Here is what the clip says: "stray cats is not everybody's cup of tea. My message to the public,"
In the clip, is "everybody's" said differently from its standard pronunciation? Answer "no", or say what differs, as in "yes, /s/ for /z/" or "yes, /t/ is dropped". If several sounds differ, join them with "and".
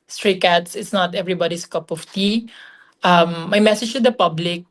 yes, /s/ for /z/